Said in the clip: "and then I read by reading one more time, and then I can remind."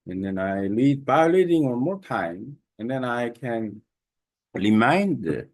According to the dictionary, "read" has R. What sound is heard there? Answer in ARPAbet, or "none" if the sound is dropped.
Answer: L